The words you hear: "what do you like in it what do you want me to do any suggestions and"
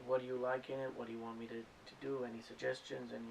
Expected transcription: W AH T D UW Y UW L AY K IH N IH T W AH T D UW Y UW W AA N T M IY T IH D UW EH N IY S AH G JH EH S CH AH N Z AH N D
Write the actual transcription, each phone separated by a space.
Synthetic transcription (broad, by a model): W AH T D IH Y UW L AY K IH N IH T W AH T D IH Y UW W AA N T M IY T IH D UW EH N IY S AH G JH EH S CH AH N Z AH N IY